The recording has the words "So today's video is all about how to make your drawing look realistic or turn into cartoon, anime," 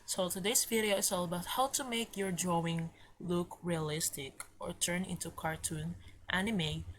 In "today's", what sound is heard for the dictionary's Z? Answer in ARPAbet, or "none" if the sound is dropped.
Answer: S